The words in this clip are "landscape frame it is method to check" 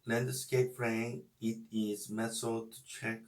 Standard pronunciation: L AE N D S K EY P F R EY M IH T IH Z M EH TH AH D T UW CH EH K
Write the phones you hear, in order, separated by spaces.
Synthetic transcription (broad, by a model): L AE N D S K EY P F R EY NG IH T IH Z M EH S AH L T UW CH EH K